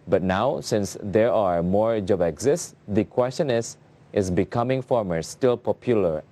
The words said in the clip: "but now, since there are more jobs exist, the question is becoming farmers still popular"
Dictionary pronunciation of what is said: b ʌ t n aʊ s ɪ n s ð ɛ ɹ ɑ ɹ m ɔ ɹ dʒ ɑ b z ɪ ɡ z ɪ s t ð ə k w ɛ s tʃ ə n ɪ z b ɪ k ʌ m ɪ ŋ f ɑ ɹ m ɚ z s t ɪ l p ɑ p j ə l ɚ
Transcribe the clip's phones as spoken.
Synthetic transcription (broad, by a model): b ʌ t n aʊ s ɪ n s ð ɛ ɹ ɑ ɹ m ɔ ɹ dʒ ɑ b ɪ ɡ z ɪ s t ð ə k w ɛ s tʃ ə n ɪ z b ɪ k ʌ m ɪ ŋ f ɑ ɹ m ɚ s t ɪ l p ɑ p j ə l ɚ